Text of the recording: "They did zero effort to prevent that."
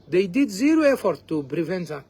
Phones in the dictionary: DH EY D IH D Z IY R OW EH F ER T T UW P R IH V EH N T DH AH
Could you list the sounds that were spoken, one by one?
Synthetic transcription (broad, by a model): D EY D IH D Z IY R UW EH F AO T T UW B R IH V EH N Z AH